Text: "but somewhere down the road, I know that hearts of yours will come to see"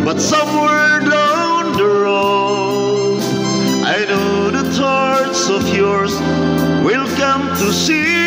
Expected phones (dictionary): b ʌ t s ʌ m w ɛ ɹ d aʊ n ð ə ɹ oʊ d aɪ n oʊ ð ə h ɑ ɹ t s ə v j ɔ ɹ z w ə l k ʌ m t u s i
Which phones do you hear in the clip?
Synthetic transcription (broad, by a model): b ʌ t s ʌ m w ɛ ɹ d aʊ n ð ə ɹ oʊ aɪ n oʊ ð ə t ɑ ɹ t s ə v j ɔ ɹ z w ə l k ʌ m t u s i